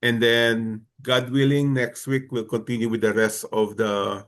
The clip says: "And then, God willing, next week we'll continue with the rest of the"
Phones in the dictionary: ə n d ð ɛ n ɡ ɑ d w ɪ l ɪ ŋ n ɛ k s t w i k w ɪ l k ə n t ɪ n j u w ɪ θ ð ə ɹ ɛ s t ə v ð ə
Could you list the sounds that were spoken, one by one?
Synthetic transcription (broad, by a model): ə n d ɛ n ɡ ɑ d w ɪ l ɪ ŋ n ɛ k s t w i k w ɪ l k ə n t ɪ n j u w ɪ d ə ɹ ɛ s t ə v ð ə